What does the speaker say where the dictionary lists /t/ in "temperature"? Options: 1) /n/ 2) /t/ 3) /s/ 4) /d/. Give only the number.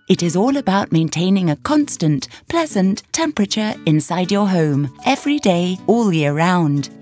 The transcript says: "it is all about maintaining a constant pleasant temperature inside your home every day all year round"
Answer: 2